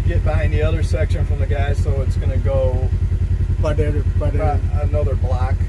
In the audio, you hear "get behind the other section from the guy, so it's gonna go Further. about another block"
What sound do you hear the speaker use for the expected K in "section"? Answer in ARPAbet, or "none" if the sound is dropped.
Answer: K